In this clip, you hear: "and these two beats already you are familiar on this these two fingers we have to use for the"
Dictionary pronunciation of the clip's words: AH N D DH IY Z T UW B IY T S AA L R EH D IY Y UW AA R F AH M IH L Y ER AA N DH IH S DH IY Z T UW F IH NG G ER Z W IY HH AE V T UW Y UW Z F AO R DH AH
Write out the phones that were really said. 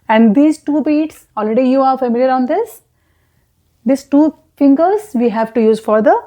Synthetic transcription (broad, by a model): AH N D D IY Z T UW B IY T S AA L R EH D IY Y UW AA R F AH M IH L Y ER AA N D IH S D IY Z T UW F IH NG G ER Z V IY HH AE V T UW Y UW Z F AO R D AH